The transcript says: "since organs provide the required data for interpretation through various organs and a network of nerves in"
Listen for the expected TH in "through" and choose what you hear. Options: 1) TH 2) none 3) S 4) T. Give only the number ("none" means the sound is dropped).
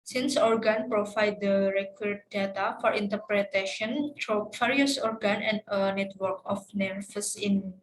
4